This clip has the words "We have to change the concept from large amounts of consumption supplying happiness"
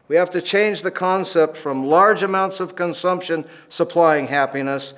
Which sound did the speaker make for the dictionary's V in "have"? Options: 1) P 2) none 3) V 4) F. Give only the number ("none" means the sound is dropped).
4